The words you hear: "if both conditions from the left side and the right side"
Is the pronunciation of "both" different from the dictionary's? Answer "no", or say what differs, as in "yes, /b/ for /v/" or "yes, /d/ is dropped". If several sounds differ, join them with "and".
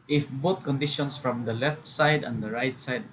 yes, /t/ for /θ/